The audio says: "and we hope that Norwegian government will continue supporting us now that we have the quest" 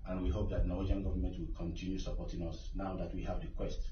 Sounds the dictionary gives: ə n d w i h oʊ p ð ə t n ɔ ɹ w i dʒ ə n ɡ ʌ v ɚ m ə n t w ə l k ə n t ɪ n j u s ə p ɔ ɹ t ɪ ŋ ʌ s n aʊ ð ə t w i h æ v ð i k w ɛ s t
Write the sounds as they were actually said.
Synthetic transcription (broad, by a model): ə n w i h oʊ p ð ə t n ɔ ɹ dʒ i ə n ɡ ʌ v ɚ m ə n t w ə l k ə n t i n j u s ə p ɔ t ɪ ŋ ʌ s n aʊ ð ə t w i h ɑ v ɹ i k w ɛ s t